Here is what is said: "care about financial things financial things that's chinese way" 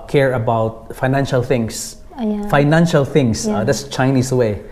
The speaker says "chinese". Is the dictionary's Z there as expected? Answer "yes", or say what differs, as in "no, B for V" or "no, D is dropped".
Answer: no, S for Z